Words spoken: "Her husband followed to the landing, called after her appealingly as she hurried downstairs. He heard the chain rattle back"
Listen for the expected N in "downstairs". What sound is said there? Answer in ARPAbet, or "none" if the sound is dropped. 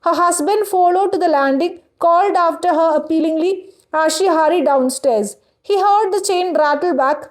N